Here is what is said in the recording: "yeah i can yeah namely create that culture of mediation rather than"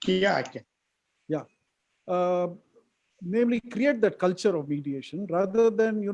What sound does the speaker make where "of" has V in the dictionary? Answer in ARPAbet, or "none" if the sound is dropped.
V